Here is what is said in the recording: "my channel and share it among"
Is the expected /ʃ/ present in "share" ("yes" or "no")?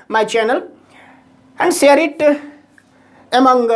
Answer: no